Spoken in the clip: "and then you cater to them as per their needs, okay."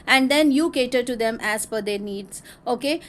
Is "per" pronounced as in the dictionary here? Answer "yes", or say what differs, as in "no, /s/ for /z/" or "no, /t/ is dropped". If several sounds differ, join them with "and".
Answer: no, /f/ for /p/